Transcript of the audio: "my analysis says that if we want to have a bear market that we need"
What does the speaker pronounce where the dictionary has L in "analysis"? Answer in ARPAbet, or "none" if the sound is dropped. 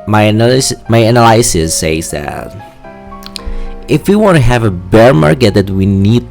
N